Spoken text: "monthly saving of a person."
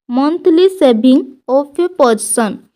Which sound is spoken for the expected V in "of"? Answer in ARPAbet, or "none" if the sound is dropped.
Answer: P